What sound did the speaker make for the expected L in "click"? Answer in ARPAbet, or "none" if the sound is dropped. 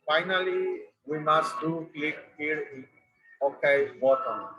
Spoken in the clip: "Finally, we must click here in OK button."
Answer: L